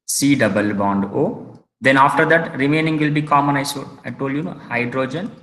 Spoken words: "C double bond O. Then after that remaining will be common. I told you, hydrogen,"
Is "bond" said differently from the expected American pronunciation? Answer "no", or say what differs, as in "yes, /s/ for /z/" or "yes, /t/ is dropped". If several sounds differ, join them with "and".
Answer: no